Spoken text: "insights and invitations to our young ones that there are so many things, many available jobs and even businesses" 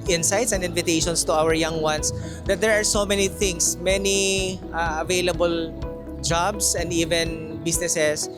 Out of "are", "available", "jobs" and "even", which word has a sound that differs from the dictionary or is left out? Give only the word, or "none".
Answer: jobs